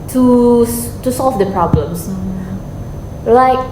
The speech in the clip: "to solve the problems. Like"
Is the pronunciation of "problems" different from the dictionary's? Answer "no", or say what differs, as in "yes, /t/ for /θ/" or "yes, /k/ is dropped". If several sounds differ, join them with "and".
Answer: yes, /s/ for /z/